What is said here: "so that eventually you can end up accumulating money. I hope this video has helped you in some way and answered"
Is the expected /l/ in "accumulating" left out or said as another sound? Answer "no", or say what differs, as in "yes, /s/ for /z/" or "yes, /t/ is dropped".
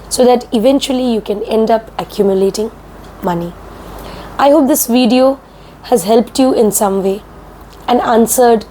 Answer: no